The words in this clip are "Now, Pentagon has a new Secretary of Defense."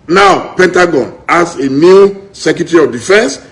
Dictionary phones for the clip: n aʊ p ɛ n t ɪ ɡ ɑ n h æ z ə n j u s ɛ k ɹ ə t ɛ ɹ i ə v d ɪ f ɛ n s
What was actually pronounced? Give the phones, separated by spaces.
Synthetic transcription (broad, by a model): n aʊ p ɛ n t ɪ ɡ ɑ n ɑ s ə n j u s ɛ k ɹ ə t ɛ ɹ i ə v d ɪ f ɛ n s